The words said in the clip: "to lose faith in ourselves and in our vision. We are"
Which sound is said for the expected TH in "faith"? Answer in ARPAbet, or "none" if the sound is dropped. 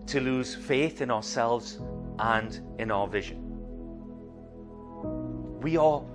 TH